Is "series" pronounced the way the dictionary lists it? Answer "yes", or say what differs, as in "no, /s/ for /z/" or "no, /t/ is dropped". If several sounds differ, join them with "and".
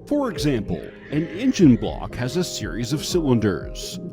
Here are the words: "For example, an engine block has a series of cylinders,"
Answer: yes